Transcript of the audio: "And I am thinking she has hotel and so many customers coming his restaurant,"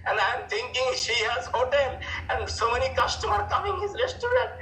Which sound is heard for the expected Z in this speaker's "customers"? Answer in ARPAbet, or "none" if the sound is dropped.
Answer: none